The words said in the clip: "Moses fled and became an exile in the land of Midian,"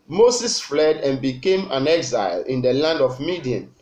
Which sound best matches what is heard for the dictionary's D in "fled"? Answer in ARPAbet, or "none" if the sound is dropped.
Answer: D